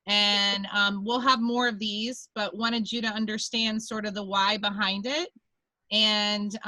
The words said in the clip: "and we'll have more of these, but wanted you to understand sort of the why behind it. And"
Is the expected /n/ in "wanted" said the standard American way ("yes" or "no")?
no